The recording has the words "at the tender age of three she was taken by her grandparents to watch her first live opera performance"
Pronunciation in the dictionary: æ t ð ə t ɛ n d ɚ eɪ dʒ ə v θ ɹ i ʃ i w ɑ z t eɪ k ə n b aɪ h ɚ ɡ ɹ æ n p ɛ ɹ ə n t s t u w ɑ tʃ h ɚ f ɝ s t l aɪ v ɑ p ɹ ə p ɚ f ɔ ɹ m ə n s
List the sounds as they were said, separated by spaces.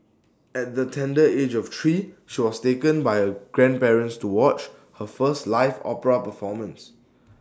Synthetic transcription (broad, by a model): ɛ t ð ə t ɛ n d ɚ eɪ dʒ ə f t ɹ i ʃ i w ɑ s t eɪ k ə n b aɪ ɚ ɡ ɹ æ n p ɛ ɹ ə n t s t u w ɑ tʃ h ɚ f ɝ s t l aɪ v ɑ p ɹ ə p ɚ f ɔ m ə n s